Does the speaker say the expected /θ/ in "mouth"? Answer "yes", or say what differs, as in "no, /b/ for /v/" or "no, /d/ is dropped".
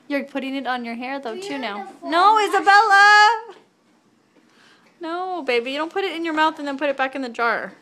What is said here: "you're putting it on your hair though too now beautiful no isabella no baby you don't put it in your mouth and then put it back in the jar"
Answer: yes